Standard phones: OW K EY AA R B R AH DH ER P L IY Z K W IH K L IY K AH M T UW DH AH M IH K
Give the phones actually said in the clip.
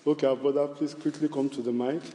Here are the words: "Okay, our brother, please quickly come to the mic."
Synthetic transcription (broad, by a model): OW K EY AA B AH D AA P L IY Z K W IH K L IY K AH M T UW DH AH M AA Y